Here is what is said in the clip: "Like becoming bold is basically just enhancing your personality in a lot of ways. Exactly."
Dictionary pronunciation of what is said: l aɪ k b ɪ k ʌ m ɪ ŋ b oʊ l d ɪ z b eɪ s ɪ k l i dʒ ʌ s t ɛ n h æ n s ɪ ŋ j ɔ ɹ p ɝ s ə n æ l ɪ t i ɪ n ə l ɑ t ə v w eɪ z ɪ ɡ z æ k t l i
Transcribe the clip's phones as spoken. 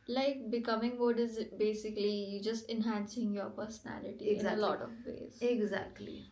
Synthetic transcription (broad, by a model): l aɪ k b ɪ k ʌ m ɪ ŋ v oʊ d ɪ z b eɪ s ɪ k l i dʒ ʌ s t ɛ n h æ n s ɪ ŋ j ɔ ɹ p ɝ s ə n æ l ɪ t i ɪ ə l ɑ t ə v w eɪ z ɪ ɡ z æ k t l i